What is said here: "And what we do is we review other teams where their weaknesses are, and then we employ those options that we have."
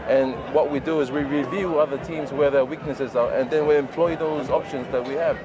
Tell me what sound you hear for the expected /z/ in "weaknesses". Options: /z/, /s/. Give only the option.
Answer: /z/